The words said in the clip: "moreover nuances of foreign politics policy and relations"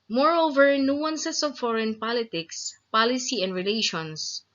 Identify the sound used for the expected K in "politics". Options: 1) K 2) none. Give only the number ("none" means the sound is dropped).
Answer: 1